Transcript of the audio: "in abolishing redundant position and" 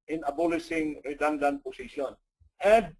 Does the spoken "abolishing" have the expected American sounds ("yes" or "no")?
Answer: no